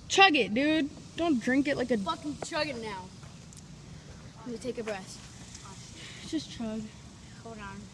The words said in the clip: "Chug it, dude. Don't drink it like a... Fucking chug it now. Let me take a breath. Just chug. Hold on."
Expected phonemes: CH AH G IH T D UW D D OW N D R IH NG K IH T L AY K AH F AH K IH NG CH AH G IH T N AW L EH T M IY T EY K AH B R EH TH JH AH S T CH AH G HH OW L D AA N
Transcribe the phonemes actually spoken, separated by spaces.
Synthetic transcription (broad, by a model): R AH G IH T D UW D D OW N D R IH NG K IH T L AY K AH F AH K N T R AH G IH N N AW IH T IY T EY K AH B R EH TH JH AH S T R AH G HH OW D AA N